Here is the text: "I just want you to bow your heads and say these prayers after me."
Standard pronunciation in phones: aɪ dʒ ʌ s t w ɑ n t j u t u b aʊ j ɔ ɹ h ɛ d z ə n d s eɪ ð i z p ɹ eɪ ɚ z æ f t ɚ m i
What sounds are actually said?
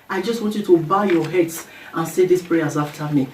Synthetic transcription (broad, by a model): aɪ dʒ ʌ s t w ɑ n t j u t u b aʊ j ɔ h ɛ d s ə n s eɪ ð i s p ɹ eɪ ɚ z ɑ f t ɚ m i